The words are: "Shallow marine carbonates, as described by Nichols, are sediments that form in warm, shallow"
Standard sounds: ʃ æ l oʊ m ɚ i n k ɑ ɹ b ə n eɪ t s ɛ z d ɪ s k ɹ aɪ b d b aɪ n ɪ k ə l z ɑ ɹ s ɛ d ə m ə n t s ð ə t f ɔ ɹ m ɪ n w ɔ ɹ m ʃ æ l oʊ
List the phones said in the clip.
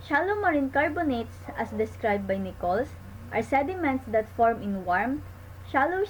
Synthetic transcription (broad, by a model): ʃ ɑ l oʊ m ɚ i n k ɑ ɹ b ə n eɪ t s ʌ s d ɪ s k ɹ aɪ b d b aɪ n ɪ k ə l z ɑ ɹ s ɛ d ə m ə n t s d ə t f ɔ ɹ m ɪ n w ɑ ɹ m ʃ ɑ l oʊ